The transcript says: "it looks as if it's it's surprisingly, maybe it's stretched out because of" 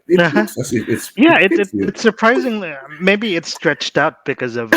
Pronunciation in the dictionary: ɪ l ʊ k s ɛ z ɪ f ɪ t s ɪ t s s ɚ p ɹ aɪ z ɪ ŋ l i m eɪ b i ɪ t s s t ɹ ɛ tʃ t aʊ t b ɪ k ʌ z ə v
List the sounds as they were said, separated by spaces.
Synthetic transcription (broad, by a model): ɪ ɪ s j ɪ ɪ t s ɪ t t s ɚ p ɹ aɪ z ɪ ŋ l i m eɪ b i ɪ t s s t ɹ ɛ tʃ t aʊ t b ɪ k ʌ z ə v